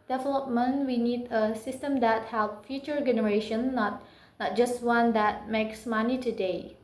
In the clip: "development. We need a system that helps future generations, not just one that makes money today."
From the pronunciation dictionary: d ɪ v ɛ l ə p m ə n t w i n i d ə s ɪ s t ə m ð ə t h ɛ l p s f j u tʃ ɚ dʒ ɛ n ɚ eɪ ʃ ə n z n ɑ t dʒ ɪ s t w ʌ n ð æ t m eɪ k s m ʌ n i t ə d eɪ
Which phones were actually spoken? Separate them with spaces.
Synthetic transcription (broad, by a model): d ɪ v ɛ l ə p m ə n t w i n i d ə s ɪ s t ə m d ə t h ɛ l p f j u tʃ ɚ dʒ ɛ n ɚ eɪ ʃ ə n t n ɑ t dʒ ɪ s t w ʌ n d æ t m eɪ k s m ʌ n i t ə d eɪ